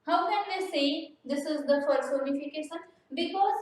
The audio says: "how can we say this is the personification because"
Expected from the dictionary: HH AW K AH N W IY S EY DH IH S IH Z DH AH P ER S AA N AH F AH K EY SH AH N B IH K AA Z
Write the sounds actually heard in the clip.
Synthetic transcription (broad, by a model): HH AW K AH N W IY S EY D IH S IH Z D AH F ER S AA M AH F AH K EY SH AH N B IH K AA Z